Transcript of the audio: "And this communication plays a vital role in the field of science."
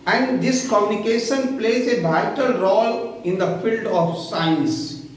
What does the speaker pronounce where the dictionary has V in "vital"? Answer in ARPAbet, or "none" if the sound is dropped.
B